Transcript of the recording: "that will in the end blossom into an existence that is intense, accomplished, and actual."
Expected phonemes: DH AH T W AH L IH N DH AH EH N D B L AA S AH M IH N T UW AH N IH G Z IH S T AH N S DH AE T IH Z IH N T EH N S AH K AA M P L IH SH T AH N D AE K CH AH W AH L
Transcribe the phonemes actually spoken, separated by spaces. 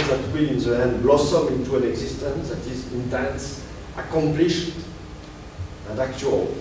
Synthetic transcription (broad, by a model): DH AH T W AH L IH N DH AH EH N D B L AA S AH M IH N T UW AH N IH G Z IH S T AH N S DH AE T IH Z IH N T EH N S AH K AA M P L IH SH T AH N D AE K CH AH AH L